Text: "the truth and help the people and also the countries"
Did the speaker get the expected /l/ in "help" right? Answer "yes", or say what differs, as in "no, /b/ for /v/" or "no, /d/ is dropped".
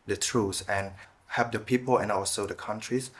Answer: no, /l/ is dropped